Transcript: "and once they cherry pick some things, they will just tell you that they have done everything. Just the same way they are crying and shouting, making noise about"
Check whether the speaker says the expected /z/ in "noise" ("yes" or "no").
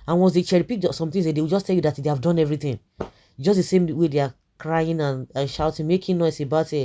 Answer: no